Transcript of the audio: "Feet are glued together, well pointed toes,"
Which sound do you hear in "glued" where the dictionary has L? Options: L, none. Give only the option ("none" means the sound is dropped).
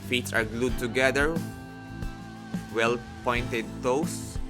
L